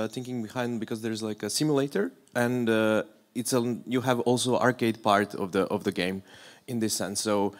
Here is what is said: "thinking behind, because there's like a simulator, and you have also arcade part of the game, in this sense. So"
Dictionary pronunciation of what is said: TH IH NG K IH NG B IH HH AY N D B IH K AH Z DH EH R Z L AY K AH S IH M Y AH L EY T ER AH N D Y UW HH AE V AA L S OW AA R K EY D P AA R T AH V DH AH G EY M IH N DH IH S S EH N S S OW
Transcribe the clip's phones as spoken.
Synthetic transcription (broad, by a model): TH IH NG K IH NG B IH HH AY N D B IH K AH Z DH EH R Z L AY K AH S IH M Y AH L EY T ER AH N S Y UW HH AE V AA L S OW AA R K EY D P AA R T AH V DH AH G EY M IH N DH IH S S EH N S S OW